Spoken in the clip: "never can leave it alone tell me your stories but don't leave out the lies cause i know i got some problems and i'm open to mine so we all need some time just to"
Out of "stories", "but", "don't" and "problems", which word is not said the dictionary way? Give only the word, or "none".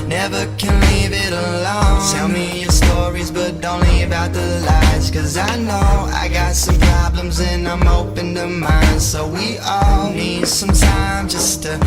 none